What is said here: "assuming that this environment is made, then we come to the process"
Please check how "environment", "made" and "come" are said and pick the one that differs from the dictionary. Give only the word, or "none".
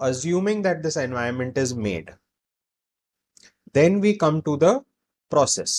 environment